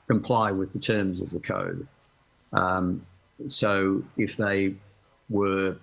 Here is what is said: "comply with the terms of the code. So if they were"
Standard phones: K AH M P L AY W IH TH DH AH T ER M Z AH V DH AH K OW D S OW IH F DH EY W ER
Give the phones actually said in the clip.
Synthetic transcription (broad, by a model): K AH M P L AY W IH DH AH T ER M Z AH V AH K OW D S OW IH F DH EY W ER